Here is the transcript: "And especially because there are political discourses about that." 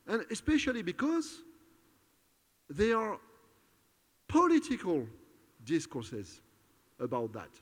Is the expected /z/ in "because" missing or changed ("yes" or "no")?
no